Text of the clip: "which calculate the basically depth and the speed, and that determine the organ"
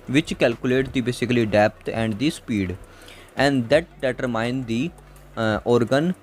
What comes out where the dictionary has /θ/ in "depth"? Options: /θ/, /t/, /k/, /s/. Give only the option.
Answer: /t/